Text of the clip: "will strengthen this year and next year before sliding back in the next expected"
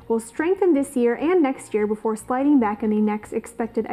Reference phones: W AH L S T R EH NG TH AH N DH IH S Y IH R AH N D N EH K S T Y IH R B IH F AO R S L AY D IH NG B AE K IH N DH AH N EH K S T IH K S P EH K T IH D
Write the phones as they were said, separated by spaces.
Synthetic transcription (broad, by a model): W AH L S T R EH NG TH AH N DH IH S Y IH R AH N N EH K S T Y IH R B IH F AO R S L AY D IH NG B AE K IH N DH AH N EH K S T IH K S P EH K T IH D